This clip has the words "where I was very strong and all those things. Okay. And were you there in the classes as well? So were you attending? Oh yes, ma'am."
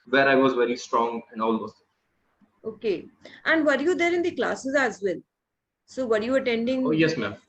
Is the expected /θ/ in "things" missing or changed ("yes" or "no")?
yes